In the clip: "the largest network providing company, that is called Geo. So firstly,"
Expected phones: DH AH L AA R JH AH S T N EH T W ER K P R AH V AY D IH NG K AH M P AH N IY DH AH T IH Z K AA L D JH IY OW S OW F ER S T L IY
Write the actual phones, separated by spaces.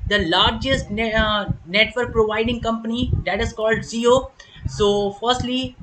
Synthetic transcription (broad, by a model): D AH L AA R JH AH S T N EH T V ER K P R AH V AY D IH NG K AH M P AH N IY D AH T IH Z K AA L D Z IY OW S OW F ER S T L IY